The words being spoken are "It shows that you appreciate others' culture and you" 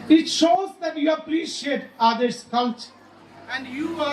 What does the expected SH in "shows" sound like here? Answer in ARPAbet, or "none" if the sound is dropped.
SH